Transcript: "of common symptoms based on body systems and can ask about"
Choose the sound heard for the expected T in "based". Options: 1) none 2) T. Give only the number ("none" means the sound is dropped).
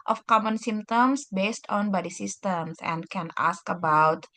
2